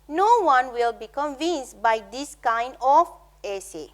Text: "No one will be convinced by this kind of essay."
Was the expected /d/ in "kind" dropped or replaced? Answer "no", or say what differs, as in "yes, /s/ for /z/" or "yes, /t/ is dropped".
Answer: no